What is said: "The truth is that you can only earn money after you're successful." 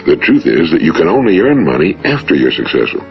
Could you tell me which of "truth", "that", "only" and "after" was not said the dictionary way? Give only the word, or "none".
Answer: none